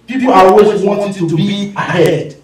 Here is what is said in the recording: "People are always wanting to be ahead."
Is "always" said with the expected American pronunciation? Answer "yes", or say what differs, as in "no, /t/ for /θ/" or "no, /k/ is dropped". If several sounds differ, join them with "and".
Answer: no, /l/ is dropped